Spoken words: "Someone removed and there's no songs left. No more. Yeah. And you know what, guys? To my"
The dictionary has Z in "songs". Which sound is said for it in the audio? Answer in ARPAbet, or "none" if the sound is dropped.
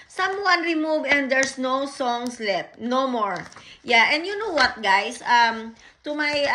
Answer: S